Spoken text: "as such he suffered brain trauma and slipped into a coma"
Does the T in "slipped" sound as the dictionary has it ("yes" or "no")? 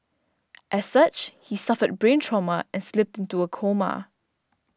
yes